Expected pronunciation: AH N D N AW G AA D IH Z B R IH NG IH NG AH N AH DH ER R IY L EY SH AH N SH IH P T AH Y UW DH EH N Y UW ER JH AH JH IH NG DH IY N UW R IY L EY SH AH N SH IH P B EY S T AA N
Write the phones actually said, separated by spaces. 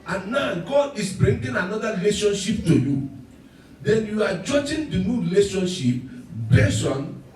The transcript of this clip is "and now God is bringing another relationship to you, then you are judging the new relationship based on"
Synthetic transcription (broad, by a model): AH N N AW G AA D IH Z B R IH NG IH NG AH N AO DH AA R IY L EY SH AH N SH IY P T AH Y UW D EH N Y UW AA JH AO JH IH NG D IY N UW R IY L EY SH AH N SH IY P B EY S AA N